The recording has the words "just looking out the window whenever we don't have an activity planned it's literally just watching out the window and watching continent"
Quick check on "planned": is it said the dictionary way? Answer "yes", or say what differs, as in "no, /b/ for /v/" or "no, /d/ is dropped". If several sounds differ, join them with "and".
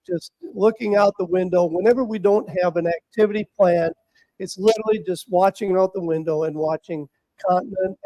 no, /d/ is dropped